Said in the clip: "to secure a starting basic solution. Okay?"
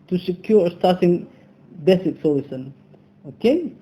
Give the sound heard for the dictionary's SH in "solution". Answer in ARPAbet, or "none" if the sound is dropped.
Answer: S